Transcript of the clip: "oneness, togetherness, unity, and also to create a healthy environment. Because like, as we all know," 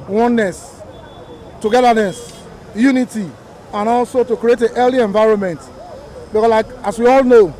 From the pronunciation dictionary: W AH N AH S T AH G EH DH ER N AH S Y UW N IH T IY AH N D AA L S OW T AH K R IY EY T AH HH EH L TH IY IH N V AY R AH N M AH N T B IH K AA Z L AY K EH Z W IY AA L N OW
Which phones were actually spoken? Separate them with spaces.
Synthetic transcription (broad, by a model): W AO N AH S T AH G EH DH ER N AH S Y UW N IH T IY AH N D AA L S OW T AH K R IY EY T AH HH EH L IY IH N V AY R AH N M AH N T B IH K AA S L AY K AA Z W IY AA L N OW